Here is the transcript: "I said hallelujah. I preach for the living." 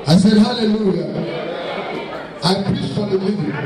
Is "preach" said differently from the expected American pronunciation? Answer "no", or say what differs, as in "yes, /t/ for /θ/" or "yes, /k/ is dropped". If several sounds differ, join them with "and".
yes, /s/ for /tʃ/